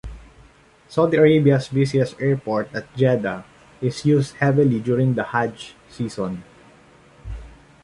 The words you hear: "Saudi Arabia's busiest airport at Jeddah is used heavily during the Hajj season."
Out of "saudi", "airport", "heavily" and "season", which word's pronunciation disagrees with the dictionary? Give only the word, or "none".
season